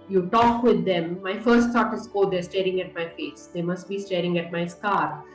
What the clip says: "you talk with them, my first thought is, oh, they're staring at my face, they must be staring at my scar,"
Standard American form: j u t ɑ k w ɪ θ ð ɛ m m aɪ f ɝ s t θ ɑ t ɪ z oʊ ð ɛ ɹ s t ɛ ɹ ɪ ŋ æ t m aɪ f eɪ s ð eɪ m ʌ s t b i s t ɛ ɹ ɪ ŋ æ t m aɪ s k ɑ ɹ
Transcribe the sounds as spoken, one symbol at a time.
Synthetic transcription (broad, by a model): j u t ɑ k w ɪ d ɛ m m aɪ f ɝ s t s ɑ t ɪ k oʊ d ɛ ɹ s t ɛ ɹ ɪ ŋ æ t m aɪ f eɪ s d eɪ m ʌ s t b i s t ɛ ɹ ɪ ŋ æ t m aɪ s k ɑ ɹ